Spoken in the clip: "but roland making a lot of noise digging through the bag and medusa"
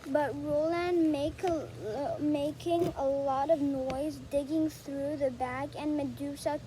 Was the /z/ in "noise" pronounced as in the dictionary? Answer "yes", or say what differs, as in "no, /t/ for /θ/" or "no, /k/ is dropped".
yes